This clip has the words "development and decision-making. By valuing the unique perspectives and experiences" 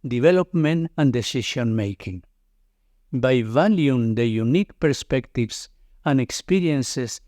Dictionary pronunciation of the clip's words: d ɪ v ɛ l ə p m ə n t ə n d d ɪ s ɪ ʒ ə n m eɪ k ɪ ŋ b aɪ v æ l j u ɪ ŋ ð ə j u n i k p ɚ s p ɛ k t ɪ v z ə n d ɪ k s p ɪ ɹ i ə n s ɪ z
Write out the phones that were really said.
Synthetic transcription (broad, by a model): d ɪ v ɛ l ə p m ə n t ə n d d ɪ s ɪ ʃ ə n m eɪ k ɪ ŋ b aɪ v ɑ l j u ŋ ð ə j u n i k p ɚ s p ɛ k t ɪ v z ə n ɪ k s p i ɹ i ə n s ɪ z